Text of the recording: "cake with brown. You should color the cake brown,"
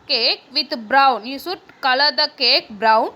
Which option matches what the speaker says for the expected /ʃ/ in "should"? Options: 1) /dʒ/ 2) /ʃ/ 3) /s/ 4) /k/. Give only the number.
3